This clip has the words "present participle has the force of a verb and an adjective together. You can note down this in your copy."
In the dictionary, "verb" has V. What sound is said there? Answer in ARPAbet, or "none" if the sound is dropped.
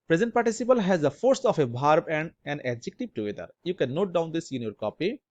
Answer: B